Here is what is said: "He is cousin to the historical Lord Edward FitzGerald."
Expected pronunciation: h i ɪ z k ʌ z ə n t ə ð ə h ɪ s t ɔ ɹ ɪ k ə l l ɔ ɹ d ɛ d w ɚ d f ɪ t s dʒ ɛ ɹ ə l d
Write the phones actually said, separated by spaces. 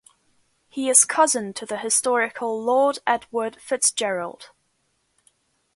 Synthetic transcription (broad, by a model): h i ɪ z k ʌ z ə n t ə ð ə h ɪ s t ɔ ɹ ɪ k ə l l ɔ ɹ d ɛ d w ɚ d f ɪ t s dʒ ɛ ɹ ə l d